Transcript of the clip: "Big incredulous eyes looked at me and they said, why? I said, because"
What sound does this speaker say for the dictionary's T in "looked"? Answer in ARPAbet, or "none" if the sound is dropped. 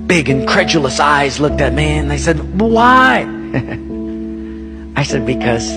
T